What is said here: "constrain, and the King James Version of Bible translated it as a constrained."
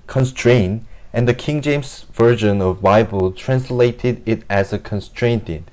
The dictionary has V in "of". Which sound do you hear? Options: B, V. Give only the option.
V